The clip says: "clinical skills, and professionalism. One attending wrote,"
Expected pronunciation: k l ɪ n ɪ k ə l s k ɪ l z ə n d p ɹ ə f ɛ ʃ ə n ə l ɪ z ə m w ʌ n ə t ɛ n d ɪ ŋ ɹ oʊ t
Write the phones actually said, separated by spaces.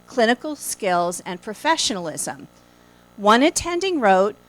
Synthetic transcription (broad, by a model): k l ɪ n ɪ k l s k ɪ l z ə n p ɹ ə f ɛ ʃ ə n l ɪ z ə m w ʌ n ə t ɛ n d ɪ ŋ ɹ oʊ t